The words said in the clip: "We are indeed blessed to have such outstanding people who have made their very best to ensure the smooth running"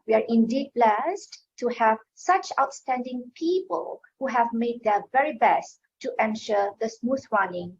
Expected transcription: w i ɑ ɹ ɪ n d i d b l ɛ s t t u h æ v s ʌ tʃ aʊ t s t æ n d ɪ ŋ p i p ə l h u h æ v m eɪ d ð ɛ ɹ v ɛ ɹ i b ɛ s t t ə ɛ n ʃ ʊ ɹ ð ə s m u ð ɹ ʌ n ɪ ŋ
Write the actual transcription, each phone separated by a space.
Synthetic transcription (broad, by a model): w i ɑ ɹ ɪ n d i d b l ɛ s t t u h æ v s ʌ tʃ aʊ t s t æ n d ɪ ŋ p i p ə l h u h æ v m eɪ d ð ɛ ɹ v ɛ ɹ i b ɛ s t t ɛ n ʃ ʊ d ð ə s m u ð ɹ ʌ n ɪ ŋ